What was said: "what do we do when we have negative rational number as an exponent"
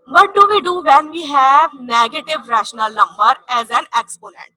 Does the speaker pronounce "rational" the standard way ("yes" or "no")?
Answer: yes